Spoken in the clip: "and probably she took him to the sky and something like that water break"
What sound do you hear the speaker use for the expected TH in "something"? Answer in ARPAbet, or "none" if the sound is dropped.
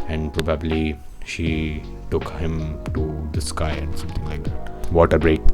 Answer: T